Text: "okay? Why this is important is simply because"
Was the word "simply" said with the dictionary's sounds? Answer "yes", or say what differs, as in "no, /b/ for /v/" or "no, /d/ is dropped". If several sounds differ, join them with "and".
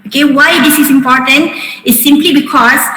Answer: yes